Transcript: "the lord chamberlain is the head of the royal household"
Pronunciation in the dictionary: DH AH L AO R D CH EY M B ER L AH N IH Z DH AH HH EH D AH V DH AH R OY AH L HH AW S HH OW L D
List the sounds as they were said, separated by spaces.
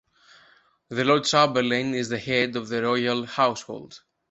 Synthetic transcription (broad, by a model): DH AH L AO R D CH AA B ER L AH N IH Z DH AH HH EH D AH V DH AH R OY AH L HH AW S HH OW L D